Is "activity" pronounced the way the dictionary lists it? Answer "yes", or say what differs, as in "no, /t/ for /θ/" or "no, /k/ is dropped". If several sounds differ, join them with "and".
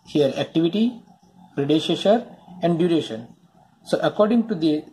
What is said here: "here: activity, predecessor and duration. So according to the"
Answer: yes